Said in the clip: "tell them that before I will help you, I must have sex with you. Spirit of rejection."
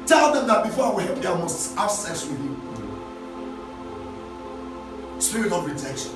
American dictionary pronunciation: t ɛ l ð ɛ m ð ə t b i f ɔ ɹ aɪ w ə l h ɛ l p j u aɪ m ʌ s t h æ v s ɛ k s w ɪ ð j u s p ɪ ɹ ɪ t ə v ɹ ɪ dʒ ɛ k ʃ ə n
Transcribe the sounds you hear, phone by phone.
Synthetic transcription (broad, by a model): t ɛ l ð ɛ m ð ə t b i f ɔ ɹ aɪ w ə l h ɛ l p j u aɪ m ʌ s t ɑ b s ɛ s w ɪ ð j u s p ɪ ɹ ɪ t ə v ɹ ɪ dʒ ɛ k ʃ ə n